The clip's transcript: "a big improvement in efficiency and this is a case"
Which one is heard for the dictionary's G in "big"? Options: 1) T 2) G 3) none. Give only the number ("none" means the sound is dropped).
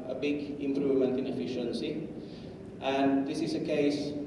2